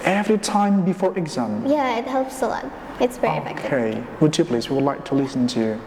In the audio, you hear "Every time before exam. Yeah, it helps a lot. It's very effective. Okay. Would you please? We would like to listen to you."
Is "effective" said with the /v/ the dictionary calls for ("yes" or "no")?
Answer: no